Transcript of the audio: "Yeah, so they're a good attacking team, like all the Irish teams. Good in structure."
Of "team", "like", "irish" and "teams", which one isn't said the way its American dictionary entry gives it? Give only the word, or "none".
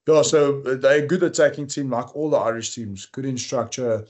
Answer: none